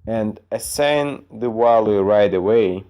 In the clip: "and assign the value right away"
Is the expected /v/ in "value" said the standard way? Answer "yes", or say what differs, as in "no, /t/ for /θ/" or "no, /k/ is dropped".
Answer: no, /w/ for /v/